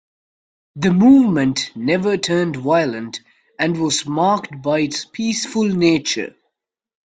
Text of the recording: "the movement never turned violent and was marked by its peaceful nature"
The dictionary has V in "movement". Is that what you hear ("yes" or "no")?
yes